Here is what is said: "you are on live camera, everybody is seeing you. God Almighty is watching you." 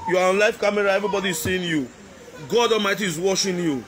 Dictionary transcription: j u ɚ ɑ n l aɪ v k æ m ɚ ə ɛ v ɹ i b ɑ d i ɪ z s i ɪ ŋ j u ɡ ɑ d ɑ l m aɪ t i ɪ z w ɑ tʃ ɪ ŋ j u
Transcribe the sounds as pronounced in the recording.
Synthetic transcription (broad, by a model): j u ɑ ɑ n l aɪ f k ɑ m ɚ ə ɛ v ɹ i b ɑ d i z s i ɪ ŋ j u ɡ ɑ d ɑ l m aɪ t i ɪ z w ɑ ʃ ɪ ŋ j u